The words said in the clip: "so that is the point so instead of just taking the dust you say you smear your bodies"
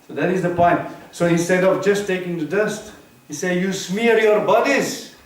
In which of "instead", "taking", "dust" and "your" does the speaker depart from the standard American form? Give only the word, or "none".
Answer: instead